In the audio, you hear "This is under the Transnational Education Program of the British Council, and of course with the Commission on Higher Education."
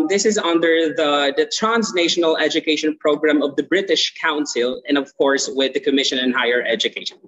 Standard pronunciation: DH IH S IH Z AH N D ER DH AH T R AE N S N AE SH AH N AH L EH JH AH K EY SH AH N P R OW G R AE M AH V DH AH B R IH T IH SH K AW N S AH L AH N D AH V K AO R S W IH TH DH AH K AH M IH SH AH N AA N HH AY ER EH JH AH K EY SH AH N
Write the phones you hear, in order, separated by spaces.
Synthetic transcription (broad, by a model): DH IH S IH Z AH N D ER DH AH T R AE N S N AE SH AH N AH L EH JH AH K EY SH AH N P R OW G R AE M AH V DH AH B R IH T IH SH K AW N S AH L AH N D AH V K AO R S W IH DH AH K AH M IH SH AH N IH N HH AY ER EH JH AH K EY SH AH N